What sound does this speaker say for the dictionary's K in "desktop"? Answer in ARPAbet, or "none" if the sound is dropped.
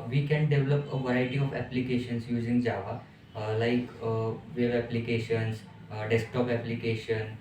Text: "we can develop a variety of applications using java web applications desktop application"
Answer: K